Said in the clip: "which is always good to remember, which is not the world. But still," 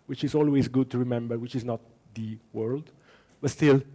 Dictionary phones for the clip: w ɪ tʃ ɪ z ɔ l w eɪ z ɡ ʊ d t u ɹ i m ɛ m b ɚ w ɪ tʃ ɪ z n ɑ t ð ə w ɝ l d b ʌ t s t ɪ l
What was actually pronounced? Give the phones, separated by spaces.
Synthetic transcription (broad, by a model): w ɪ tʃ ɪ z ɔ l w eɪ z ɡ ʊ d t u ɹ i m ɛ m b ɚ w ɪ tʃ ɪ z n ɑ t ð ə w ɝ l d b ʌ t s t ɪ l